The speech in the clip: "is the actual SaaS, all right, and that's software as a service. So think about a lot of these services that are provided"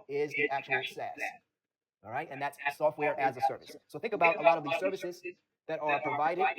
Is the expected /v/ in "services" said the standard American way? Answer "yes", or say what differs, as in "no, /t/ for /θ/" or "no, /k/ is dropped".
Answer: yes